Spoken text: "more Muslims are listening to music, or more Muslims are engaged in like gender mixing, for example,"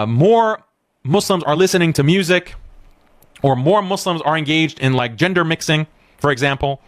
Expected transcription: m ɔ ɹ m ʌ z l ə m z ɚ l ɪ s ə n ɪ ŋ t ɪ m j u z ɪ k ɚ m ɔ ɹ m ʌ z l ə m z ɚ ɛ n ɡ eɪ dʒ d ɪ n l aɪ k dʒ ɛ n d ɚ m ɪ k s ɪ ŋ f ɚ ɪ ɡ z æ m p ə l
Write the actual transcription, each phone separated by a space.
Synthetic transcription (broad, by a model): m ɔ ɹ m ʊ s l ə m z ɚ l ɪ s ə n ɪ ŋ t ɪ m j u z ɪ k ɚ m ɔ ɹ m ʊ s l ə m z ɚ ɛ n ɡ eɪ dʒ d ɪ n l aɪ k dʒ ɛ n d ɚ m ɪ k s ɪ ŋ f ɚ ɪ ɡ z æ m p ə l